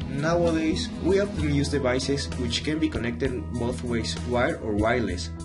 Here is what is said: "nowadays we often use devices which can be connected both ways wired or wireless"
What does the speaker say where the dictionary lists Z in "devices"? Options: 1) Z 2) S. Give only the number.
2